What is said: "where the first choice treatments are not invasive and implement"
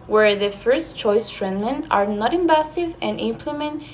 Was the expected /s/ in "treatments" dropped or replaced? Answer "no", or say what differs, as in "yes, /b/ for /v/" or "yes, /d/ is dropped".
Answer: yes, /s/ is dropped